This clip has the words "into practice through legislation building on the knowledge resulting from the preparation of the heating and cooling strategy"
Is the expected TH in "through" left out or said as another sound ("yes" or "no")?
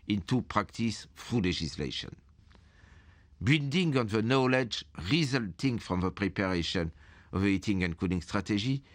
yes